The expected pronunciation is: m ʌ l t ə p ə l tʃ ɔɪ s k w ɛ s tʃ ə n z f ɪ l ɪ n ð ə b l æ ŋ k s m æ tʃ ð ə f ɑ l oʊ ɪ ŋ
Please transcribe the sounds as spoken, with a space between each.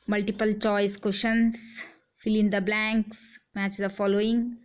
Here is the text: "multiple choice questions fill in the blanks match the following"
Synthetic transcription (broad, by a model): m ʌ l t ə p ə l tʃ ɔɪ s k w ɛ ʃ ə n s f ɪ l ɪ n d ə b l æ ŋ k s m æ tʃ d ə f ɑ l oʊ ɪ ŋ